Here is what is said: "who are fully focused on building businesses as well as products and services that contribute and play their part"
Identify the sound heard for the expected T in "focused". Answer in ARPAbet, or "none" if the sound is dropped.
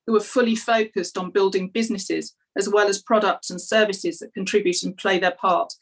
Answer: T